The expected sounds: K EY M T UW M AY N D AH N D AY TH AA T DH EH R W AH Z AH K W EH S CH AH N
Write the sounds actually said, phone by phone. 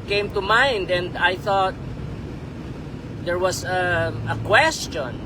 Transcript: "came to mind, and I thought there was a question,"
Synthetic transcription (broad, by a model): K EY M T UW M AY N D AH N D AY TH AA T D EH R W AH S AH K W EH S CH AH N